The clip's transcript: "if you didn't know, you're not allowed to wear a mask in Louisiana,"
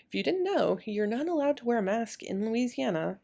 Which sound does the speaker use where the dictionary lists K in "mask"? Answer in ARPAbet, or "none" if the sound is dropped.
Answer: K